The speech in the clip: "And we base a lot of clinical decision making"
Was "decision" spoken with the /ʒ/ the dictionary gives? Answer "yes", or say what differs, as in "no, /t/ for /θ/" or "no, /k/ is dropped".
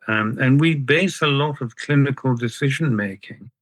yes